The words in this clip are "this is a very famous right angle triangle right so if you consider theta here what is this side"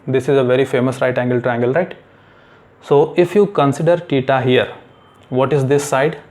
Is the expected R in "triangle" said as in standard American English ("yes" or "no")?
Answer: no